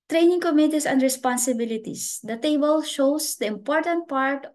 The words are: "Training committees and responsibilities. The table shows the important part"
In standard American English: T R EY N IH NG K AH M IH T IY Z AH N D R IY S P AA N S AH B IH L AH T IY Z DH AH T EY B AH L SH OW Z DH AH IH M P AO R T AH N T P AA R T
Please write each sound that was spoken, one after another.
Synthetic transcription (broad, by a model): T R EY N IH NG K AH M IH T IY S AH N D R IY S P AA N S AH B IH L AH T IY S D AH T EY B AH L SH OW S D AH IH M P AO R T AH N T P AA R T